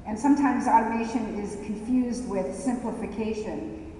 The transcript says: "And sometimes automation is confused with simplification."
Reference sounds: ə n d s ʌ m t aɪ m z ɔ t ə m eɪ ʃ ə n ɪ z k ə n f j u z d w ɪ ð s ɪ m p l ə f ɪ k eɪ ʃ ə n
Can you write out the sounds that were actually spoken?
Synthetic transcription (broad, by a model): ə n s ʌ m t aɪ m z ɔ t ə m eɪ ʃ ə n ɪ z k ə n f j u z d w ɪ ð s ɪ m p l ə f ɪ k eɪ ʃ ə n